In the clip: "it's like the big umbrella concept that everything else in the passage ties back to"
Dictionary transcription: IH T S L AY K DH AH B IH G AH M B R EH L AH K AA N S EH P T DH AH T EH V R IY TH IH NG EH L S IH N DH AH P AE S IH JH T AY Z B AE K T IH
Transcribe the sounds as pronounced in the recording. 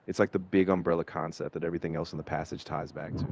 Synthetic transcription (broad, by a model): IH T S L AY K DH AH B IH G AH M B R EH L AH K AA N S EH P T DH AH T EH V R IY TH IH NG EH L S N DH AH P AE S IH JH T AY Z B AE K T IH